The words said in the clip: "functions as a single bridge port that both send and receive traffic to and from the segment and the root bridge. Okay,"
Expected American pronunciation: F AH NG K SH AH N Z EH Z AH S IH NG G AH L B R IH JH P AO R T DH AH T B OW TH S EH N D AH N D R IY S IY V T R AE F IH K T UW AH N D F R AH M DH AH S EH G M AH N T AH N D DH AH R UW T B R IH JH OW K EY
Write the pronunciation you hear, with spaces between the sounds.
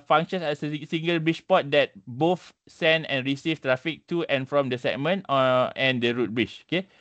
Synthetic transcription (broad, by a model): F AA NG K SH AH N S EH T AH S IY NG G AH L B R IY CH P AO T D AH T B OW F S EH N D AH N R IY S IY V T R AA F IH K T UW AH N F R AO M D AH S EH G M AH N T AH N D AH R UW T B R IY CH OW K EY